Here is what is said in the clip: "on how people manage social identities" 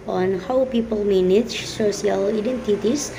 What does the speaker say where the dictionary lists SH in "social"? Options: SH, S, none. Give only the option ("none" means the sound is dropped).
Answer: S